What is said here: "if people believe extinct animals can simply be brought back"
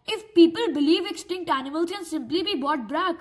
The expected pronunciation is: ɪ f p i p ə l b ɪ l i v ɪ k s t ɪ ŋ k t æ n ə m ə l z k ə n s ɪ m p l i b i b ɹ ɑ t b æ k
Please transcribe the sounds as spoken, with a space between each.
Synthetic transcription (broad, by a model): ɪ f p i p ə l b ɪ l i v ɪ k s t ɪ ŋ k t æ n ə m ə l k ə n s ɪ m p l i b i b ɑ t b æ k